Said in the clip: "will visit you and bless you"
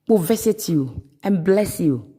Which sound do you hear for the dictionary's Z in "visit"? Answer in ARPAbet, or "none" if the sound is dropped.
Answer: S